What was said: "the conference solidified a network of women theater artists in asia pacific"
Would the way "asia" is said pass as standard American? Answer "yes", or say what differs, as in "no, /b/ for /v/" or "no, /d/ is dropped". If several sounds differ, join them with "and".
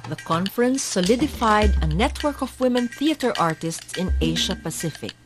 no, /ʃ/ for /ʒ/